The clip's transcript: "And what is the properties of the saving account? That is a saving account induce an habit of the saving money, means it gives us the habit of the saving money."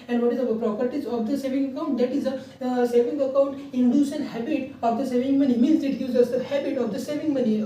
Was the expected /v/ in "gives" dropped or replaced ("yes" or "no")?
yes